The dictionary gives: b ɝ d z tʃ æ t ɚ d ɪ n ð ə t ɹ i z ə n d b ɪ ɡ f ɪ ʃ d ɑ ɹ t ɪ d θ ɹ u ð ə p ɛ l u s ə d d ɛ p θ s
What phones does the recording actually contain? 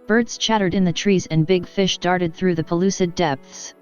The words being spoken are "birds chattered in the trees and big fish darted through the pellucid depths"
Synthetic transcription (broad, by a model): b ɝ d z tʃ æ t ɚ d ɪ n ð ə t ɹ i z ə n b ɪ ɡ f ɪ ʃ d ɑ ɹ t ɪ d θ ɹ u ð ə p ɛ l u s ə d d ɛ p θ s